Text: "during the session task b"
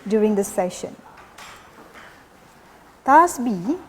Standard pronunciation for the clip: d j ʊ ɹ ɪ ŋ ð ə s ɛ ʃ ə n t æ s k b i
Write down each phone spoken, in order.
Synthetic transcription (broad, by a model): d j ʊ ɹ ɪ ŋ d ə s ɛ ʃ ə n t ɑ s b i